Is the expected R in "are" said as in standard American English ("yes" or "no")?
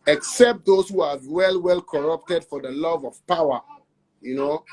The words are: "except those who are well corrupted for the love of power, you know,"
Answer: no